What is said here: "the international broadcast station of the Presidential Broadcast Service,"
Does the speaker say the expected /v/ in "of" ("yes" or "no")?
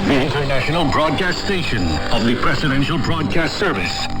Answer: yes